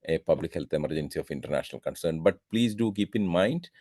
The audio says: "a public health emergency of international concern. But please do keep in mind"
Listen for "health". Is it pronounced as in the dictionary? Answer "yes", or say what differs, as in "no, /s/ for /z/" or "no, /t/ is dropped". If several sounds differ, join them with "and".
no, /t/ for /θ/